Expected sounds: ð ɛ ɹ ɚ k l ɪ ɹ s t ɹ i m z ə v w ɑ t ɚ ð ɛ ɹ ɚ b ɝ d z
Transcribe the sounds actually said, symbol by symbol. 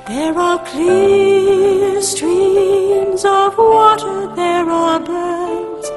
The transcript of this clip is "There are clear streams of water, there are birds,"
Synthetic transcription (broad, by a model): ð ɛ ɹ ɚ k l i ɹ s t ɹ i m z ə v w ɑ t ɚ ð ɛ ɹ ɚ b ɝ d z